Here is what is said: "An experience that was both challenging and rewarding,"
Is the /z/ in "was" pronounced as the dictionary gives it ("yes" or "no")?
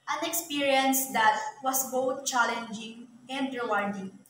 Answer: no